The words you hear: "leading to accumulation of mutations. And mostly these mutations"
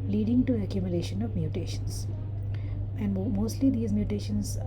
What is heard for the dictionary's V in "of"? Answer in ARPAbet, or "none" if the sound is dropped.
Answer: V